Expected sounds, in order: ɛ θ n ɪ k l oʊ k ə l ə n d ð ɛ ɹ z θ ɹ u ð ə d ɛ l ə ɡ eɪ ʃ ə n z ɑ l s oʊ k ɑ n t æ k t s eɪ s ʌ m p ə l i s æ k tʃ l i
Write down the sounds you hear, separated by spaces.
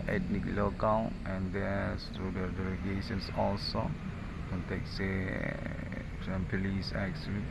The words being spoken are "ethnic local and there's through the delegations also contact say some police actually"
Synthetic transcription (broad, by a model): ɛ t n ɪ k l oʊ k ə n ə n d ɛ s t ɹ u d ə d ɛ l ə ɡ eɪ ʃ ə n s ɑ l s oʊ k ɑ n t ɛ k s eɪ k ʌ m p ə l i s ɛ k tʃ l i